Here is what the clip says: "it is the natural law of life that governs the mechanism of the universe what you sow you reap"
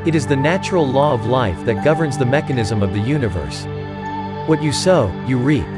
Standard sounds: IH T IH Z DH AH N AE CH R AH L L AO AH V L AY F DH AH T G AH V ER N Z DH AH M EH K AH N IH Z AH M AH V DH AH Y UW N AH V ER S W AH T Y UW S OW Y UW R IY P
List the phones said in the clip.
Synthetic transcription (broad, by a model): IH T IH Z DH AH N AE CH R L L AO AH V L AY F DH AH T G AH V ER N Z DH AH M EH K AH N IH Z AH M AH V DH AH Y UW N AH V ER S W AH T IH S OW Y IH R IY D